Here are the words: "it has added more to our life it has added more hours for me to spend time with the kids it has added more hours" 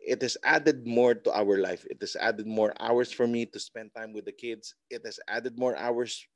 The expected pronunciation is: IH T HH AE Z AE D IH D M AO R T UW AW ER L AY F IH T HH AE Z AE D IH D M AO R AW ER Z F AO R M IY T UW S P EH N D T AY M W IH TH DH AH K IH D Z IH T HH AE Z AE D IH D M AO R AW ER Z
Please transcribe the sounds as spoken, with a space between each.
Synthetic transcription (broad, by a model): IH T HH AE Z AE D IH D M AO R T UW AW ER L AY F IH T HH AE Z AE D IH D M AO R AW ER S F AO R M IY T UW S P EH N D T AY M W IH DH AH K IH D S IH T HH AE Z AE D IH D M AO R AW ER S